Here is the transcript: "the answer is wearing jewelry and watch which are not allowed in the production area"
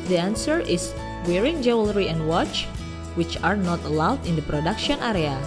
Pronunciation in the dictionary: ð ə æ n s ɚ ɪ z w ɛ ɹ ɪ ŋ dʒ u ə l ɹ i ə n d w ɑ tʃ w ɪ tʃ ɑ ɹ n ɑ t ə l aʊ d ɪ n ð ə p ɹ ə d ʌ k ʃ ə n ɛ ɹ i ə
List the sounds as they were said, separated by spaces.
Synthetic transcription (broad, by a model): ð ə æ n s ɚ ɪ s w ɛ ɹ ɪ ŋ dʒ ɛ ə l ɹ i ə n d w ɑ tʃ w ɪ tʃ ɑ ɹ n ɑ t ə l aʊ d ɪ n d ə p ɹ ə d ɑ k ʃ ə n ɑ ɹ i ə